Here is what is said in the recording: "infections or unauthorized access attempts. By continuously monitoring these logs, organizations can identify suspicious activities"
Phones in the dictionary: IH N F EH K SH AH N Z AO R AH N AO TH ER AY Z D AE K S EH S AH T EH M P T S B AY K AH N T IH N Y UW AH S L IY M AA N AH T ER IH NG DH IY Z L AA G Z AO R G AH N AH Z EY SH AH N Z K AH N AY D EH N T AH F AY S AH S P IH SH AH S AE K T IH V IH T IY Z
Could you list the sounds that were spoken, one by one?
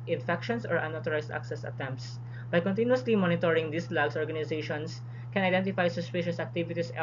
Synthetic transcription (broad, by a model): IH N F EH K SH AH N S AO R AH N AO T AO AY S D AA K S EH S AH T EH M P T S B AY K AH N T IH N Y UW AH S L IY M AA N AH T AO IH NG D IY S L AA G S AO R G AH N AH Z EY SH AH N S K AH N AY D EH N T AH F AY S AH S P IH SH AH S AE K T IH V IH T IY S